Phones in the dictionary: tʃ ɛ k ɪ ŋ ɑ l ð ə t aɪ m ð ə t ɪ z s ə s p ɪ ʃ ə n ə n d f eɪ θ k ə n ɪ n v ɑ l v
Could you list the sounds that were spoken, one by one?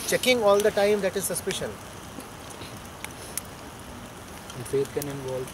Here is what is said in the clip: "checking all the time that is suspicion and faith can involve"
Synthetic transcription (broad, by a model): tʃ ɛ k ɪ ŋ ɑ l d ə t aɪ m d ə t ɪ z s ə s p ɪ ʃ ə n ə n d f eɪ t k ə n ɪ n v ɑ l